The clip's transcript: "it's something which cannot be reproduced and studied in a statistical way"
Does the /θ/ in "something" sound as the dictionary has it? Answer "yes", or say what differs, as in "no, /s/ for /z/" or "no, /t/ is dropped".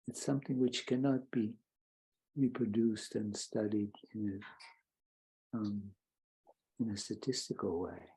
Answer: yes